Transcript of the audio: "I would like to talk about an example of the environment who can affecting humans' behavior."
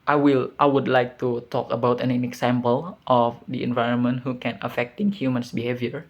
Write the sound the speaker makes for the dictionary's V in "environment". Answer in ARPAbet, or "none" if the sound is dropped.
V